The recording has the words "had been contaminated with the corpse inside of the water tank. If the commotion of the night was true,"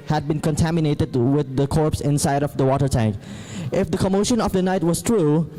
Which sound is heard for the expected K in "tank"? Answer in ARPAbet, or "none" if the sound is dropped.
K